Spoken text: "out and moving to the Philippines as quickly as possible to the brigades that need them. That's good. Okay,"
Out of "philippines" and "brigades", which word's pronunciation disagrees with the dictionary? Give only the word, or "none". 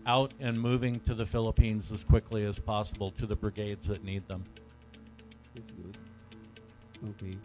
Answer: none